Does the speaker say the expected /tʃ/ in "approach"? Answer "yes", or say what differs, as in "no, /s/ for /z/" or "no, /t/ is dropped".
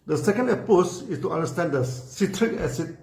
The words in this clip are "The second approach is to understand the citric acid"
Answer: no, /s/ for /tʃ/